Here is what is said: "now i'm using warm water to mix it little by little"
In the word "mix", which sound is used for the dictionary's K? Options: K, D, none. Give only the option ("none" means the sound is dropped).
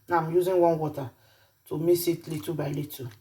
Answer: none